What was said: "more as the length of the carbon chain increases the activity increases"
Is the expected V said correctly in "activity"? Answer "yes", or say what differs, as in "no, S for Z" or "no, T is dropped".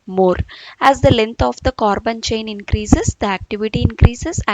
yes